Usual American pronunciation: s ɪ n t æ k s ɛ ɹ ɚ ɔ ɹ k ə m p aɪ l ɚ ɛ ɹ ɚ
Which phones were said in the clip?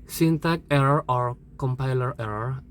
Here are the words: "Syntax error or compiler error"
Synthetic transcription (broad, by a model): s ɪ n t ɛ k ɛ ɹ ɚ ɔ ɹ k ə m p aɪ l ɚ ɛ ɹ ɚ